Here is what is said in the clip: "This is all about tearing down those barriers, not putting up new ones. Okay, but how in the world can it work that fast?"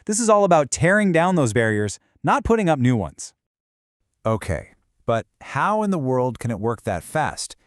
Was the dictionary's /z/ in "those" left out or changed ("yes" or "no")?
no